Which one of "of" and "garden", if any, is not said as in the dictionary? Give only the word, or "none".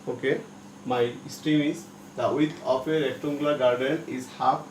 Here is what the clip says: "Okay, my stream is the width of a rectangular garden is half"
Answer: of